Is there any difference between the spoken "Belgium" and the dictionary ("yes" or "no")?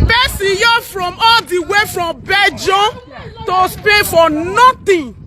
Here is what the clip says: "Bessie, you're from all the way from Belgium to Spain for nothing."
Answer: yes